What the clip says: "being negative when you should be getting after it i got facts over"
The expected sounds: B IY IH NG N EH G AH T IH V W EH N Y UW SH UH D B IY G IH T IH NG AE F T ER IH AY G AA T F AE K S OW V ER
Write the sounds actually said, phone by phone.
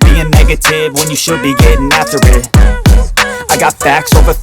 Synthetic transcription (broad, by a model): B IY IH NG N EH G AH T IH V W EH N Y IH SH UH D B IY G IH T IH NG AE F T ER IH AY G AA T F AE K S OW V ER